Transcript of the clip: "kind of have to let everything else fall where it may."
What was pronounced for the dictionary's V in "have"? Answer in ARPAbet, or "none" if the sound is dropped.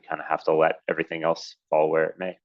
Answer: F